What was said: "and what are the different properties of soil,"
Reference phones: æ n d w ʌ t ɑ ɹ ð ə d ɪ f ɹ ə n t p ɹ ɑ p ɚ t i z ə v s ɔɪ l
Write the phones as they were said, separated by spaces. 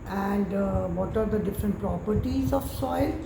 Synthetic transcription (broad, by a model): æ n d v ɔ t ɑ ɹ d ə d ɪ f ɹ ə n t p ɹ ɑ p ɚ t i z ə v s ɔɪ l